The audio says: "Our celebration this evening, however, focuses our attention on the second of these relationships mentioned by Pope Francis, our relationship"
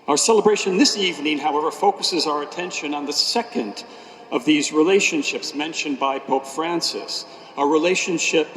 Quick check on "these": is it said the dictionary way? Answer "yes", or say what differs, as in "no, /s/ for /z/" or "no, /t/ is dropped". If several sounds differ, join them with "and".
yes